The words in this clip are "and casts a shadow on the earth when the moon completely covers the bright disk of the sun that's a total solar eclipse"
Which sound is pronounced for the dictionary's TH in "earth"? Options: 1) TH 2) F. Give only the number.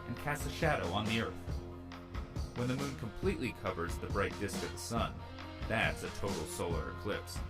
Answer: 1